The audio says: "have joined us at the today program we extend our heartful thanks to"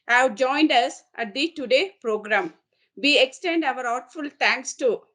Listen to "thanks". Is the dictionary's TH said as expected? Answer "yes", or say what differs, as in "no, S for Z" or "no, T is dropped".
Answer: no, T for TH